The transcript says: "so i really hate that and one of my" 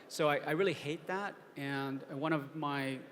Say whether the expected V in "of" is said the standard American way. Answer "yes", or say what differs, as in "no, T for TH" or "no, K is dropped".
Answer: yes